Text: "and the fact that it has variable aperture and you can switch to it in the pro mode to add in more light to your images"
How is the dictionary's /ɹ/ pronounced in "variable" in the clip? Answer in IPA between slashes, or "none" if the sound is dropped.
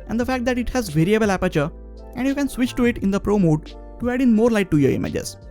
/ɹ/